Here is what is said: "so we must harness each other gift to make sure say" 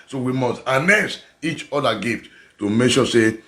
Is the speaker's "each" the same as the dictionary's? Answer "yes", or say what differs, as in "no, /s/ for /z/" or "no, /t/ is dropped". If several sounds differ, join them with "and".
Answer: yes